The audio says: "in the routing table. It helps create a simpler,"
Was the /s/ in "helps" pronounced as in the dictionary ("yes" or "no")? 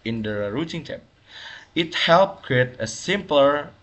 no